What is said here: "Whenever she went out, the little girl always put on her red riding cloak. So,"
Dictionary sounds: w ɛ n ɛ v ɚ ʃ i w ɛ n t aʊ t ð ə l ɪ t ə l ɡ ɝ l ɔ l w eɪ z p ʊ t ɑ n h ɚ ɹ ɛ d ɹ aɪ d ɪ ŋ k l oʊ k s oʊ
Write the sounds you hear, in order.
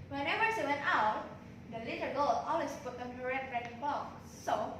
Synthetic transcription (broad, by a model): w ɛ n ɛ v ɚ s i w ɛ n t aʊ t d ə l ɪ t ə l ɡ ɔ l ɔ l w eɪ s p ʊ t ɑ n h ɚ ɹ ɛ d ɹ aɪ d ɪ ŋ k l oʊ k s oʊ